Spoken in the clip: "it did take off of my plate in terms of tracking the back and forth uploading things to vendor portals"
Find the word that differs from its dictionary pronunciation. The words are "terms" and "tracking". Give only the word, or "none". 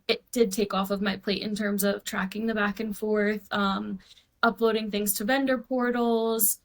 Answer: none